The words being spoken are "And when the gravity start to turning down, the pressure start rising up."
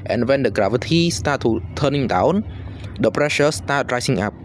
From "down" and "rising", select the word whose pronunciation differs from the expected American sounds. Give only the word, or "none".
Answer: rising